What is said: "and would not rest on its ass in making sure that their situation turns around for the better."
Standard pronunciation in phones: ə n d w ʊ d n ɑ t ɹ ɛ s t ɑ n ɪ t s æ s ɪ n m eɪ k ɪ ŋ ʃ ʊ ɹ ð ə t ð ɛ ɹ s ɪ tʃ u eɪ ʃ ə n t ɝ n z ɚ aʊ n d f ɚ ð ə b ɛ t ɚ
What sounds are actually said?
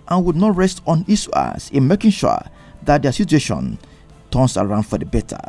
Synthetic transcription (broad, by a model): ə n w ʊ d n ɑ t ɹ ɛ s t ɑ n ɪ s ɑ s ɪ n m eɪ k ɪ ŋ ʃ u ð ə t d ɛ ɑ s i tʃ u eɪ ʃ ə n t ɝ n s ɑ aʊ n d f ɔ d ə b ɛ t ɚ